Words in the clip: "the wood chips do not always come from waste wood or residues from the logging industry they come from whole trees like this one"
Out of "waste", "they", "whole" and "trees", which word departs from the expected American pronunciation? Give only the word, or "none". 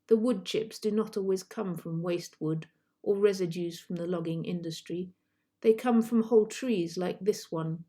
none